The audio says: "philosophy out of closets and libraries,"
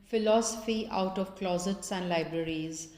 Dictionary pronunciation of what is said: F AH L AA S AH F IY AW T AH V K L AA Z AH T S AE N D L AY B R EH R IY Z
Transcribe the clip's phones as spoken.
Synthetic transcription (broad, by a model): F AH L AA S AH F IY AW T AH V K L AA Z AH T S AE N D L AY B R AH R IY Z